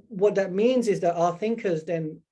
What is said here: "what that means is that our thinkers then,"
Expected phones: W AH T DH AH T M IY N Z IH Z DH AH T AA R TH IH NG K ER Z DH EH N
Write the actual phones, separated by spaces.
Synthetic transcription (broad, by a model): W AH T DH AH T M IY N Z IH Z DH AH T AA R TH IH NG K ER Z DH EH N